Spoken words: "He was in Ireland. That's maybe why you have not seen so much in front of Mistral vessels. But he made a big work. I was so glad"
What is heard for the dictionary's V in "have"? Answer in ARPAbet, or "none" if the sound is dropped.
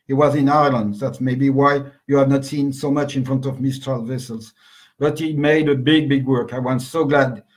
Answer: V